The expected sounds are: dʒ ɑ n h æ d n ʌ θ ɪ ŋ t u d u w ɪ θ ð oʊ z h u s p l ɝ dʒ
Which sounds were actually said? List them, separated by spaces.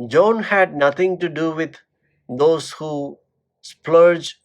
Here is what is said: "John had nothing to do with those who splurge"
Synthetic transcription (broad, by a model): dʒ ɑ n h æ d n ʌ t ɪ ŋ t u d u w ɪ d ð oʊ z h u s p l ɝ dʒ